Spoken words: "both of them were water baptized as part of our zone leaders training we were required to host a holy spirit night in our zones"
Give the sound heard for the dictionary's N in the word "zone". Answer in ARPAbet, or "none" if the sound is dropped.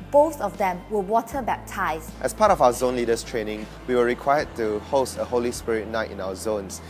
N